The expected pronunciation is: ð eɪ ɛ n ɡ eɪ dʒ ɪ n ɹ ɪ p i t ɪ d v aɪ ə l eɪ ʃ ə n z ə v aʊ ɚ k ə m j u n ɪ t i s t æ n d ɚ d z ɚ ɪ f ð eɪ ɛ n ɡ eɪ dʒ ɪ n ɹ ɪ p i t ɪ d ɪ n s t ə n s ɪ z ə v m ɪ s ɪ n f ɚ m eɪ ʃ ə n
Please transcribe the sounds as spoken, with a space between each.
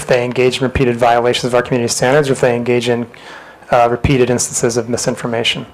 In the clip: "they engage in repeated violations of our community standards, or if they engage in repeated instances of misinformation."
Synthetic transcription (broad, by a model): ð eɪ ɛ n ɡ eɪ dʒ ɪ n ɹ ɪ p i t ɪ d v aɪ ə l eɪ ʃ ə n z ə v aʊ ɚ k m j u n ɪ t i s t æ n d ɚ d z ɚ ɪ f ð eɪ ɛ n ɡ eɪ dʒ ɪ n ɹ ɪ p i t ɪ d ɪ n s t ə n s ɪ z ə v m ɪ s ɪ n f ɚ m eɪ ʃ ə n